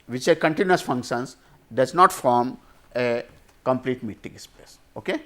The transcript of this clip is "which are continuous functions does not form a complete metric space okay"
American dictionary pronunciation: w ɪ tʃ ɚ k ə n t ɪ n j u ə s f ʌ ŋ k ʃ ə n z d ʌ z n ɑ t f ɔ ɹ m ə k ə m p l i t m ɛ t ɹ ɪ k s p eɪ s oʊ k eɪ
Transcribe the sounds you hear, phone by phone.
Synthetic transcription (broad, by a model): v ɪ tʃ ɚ k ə n t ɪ n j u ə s f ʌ ŋ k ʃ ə n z d ʌ z n ɑ t f ɔ ɹ m ə k ə m p l i t m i t ɪ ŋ s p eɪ s oʊ k eɪ